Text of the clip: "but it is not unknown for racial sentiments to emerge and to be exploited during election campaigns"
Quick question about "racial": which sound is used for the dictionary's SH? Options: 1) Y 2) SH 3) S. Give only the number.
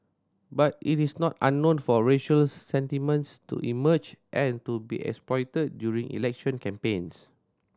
2